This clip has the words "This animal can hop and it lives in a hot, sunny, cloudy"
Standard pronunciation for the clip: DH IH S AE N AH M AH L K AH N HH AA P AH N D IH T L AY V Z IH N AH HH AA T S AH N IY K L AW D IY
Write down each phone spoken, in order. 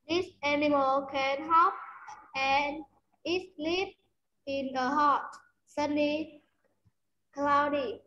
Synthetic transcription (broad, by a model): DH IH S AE N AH M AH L K AH N HH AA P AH N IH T L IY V IH N AH HH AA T S AH N IY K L AW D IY